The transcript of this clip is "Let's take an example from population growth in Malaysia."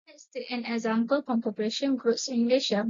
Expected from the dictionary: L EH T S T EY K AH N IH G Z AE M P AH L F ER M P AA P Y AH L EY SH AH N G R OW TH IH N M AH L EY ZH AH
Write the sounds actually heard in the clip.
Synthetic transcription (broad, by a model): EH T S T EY AH N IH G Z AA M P AH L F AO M P AA P Y AH L EY SH AH N G R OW S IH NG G L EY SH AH